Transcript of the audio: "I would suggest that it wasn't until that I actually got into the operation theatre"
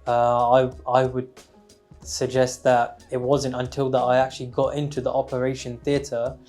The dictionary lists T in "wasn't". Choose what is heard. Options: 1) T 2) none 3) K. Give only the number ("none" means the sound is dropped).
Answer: 1